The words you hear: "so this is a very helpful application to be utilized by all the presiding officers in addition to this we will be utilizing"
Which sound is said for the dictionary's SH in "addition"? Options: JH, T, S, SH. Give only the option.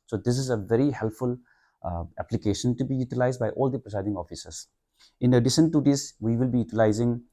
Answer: S